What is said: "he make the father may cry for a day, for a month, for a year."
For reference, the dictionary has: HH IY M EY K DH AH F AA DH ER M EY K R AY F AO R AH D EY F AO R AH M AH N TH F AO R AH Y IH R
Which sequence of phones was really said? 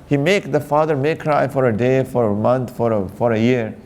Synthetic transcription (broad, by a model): HH IY M EY K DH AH F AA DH ER M EY K R AY F AO R AH D EY F AO R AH M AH N F F AO R AH Y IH R